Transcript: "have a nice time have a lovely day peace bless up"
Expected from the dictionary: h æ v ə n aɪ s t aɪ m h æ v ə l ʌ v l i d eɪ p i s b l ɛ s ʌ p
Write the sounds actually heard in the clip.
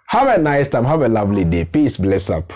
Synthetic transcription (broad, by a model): h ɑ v ə n aɪ s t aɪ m h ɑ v ə l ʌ v l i d eɪ p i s b l ɛ s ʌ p